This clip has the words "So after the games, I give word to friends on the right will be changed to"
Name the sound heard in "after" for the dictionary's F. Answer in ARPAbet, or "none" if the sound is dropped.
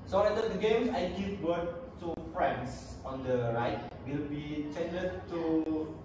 none